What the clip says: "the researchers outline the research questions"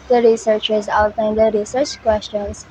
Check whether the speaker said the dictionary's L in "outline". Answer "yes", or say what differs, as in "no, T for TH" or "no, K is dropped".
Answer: no, L is dropped